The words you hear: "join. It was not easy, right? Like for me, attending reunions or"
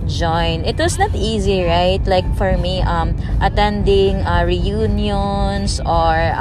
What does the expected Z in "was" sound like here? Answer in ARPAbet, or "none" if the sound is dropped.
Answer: S